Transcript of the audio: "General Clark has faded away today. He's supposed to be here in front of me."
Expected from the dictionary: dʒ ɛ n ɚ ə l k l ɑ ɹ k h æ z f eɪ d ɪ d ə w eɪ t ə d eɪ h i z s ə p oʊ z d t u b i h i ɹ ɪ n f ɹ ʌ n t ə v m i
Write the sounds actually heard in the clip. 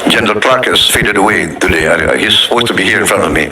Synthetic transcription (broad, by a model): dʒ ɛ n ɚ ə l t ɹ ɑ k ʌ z f eɪ d ɪ d ə w eɪ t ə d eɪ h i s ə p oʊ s t u b i h i ɹ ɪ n f ɹ ʌ n t ə v m i